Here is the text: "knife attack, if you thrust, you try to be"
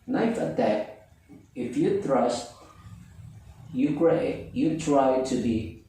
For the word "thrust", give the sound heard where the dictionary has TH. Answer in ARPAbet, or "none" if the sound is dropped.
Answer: T